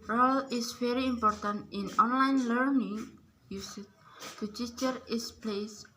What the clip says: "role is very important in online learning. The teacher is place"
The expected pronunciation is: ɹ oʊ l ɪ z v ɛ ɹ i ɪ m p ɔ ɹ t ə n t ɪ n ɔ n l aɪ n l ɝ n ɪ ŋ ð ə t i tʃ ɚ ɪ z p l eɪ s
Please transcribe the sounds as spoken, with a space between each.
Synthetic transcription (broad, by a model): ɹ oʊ l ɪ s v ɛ ɹ i m p ɔ ɹ t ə n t ɪ n ɔ n l aɪ n l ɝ n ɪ ŋ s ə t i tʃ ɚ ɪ s p l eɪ s